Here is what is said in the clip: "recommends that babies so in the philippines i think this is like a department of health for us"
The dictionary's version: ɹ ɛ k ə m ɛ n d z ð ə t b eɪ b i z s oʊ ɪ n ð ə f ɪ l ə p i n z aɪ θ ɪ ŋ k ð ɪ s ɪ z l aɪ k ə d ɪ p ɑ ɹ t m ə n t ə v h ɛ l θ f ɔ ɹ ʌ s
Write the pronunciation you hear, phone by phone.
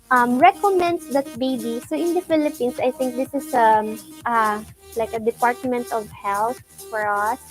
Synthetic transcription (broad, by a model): ɹ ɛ k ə m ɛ n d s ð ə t b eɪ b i s oʊ ɪ n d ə f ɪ l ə p i n s aɪ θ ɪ ŋ k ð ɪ s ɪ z l aɪ k ə d ɪ p ɑ ɹ t m ə n t ə v h ɛ l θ f ɔ ɹ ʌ s